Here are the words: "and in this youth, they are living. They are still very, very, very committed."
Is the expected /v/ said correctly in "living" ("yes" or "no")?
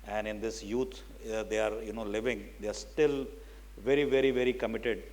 yes